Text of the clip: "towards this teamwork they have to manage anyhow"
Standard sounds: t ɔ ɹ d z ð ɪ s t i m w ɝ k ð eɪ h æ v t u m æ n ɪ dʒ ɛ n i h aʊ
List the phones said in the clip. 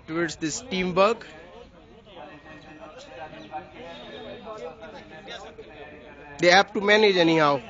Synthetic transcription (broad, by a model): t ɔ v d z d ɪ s t i m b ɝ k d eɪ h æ p t u m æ n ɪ dʒ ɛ n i h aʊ